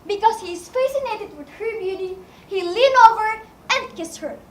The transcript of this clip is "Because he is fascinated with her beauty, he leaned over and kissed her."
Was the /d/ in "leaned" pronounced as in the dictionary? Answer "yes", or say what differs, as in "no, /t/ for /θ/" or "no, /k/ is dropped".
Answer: no, /d/ is dropped